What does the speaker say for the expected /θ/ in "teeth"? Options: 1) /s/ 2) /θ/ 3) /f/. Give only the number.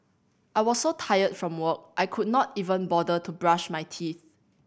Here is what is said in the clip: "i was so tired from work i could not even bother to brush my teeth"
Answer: 2